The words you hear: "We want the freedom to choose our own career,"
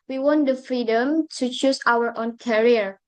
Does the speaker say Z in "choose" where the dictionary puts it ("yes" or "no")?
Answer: no